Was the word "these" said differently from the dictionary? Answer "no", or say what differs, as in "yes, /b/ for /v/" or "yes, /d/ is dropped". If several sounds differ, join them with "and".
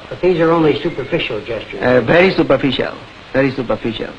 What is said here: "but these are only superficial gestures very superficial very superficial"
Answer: no